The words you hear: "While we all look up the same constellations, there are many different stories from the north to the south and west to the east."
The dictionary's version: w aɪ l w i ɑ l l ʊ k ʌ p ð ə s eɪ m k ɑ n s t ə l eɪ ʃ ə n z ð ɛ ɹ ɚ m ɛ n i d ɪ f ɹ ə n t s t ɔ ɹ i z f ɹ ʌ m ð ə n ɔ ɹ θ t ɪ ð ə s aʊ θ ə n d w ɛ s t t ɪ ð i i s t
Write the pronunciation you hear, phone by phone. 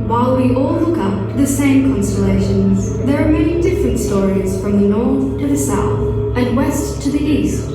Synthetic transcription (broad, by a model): w aɪ l w i ɑ l l ʊ k ʌ p ð ə s eɪ m k ɑ n s t ə l eɪ ʃ ə n z ð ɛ ɹ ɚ m ɛ n i d ɪ f ɹ ə n t s t ɔ ɹ i z f ɹ ʌ m ð ə n ɔ ɹ θ t ɪ ð ə s aʊ θ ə n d w ɛ s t t ɪ ð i i s t